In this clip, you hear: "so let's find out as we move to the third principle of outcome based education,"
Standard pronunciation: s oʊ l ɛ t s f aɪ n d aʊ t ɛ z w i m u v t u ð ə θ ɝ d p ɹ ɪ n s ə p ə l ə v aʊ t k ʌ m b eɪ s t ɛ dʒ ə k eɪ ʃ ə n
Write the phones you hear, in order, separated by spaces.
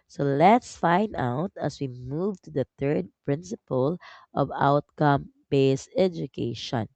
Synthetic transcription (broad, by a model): s oʊ l ɛ t s f aɪ n d aʊ t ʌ s w i m u v t u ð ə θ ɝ d p ɹ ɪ n s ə p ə l ə v aʊ t k ʌ m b eɪ s ɛ dʒ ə k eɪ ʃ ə n